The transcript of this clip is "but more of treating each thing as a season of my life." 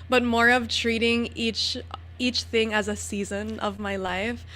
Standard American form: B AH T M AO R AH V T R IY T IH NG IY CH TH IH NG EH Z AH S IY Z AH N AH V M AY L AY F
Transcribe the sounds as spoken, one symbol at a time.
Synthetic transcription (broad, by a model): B AH T M AO R AH V T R IY T IH NG IY CH TH IH NG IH Z AH S IY Z AH N AH V M AY L AY F